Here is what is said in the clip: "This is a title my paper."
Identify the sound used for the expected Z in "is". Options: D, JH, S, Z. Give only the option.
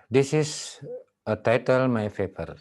S